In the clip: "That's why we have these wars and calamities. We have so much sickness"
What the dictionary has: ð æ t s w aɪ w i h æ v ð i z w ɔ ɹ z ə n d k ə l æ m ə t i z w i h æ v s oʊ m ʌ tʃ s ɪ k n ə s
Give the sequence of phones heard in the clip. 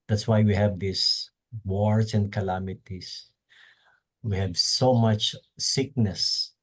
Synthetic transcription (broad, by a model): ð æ t s w aɪ w i h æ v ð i s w ɔ ɹ s ə n d k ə l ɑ m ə t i s w i h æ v s oʊ m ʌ tʃ s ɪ k n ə s